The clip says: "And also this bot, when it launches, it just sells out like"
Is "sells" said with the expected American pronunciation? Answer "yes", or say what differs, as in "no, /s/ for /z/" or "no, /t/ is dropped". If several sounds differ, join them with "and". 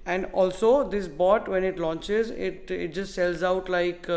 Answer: yes